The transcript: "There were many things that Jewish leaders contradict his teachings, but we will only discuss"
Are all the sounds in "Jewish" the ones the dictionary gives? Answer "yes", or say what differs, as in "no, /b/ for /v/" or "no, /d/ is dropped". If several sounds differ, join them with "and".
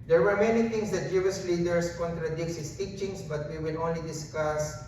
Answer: no, /s/ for /ʃ/